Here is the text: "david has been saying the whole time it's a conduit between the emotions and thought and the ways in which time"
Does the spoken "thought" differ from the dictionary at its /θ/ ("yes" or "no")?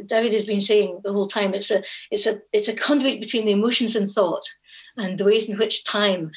no